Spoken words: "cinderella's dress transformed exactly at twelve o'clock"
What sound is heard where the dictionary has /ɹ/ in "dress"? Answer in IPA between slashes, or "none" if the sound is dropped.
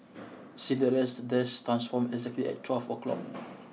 none